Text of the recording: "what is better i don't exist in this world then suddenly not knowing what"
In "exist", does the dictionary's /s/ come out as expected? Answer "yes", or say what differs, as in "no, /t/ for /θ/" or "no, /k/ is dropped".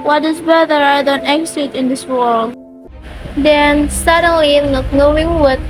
no, /s/ is dropped